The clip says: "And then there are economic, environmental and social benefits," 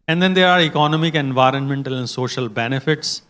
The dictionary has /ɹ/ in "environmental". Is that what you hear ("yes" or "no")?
yes